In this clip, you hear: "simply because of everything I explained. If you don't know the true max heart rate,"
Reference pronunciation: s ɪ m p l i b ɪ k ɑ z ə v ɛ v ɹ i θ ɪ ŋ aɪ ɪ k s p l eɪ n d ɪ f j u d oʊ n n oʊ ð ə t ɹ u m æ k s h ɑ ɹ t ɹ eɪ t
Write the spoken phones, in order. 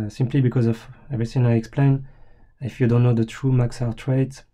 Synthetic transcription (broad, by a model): s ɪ m p l i b ɪ k ɑ z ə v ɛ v ɹ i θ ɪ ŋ aɪ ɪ k s p l eɪ n ɪ f j u d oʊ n n oʊ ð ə t ɹ u m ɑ k s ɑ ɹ t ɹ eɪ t